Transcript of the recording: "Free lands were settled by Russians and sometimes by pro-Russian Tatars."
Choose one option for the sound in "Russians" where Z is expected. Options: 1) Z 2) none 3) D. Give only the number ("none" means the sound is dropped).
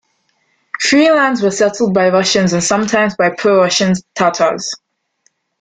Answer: 1